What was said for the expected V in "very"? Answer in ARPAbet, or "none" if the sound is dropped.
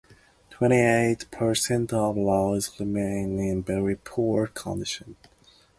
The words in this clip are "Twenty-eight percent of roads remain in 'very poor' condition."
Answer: B